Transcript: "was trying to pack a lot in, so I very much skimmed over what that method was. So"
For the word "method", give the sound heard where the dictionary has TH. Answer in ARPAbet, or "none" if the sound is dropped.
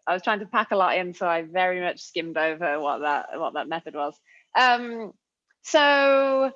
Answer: TH